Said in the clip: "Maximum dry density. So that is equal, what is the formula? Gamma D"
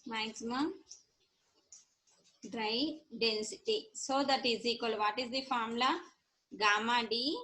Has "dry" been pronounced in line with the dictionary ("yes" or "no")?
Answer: yes